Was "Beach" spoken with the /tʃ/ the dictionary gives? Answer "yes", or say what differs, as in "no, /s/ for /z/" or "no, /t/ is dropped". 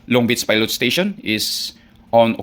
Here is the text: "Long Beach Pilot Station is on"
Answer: no, /s/ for /tʃ/